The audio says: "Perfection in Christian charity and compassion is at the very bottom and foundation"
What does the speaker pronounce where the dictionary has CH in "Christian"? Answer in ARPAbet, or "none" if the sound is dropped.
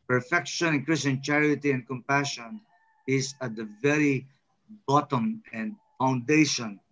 none